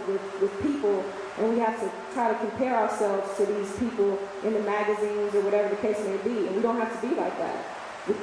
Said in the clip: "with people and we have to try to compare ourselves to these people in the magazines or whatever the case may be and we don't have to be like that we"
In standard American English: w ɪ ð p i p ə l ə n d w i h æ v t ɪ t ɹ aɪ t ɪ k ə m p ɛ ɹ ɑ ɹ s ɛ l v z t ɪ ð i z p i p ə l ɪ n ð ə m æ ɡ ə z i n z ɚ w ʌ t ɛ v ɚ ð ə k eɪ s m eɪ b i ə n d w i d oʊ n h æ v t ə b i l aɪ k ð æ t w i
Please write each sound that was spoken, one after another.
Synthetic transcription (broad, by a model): w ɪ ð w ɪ p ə l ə n w i h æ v t ɪ t ɹ aɪ t ɪ k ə m p ɛ ɹ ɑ ɹ s ɛ l v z t ɪ ð i z p i p l ɪ n ð ə m æ ɡ ə z i n z ɚ w ʌ t ɛ v ɚ ð ə k eɪ s m eɪ b i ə n w i d oʊ n h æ f t ə b i l aɪ k ð æ t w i